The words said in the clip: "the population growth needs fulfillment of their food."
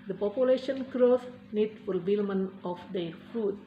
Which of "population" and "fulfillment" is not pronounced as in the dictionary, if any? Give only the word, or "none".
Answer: fulfillment